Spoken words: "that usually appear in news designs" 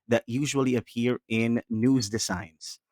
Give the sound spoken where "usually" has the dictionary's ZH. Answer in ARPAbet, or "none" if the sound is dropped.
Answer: ZH